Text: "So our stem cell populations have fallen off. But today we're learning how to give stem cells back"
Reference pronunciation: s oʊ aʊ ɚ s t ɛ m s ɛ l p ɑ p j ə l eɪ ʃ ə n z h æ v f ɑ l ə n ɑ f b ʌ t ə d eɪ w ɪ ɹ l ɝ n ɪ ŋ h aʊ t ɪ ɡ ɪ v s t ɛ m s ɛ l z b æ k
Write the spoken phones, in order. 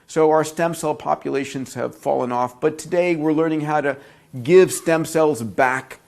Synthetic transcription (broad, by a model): s oʊ aʊ ɚ s t ɛ m s ɛ l p ɑ p j ə l eɪ ʃ ə n z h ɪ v f ɑ l ə n ɑ f b ʌ t ə d eɪ w ɪ ɹ l ɝ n ɪ ŋ h aʊ t ɪ ɡ ɪ v s t ɛ m s ɛ l z b æ k